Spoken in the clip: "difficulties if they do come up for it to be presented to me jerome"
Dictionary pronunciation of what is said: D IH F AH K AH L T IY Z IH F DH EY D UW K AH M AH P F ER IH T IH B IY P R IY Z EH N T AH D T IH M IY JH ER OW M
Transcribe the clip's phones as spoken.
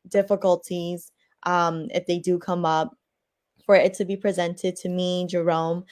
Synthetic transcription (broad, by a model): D IH F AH K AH L T IY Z IH F DH EY D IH K AH M AH P F ER IH T IH B IY P R IY Z EH N T AH D T IH M IY JH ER OW M